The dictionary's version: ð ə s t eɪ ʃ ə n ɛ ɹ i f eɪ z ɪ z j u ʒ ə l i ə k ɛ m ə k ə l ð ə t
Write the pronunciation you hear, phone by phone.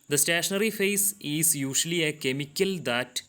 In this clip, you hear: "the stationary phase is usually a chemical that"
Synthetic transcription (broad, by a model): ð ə s t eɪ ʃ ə n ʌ ɹ i f eɪ s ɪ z j u ʃ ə l i ə k ɛ m ə k ə l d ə t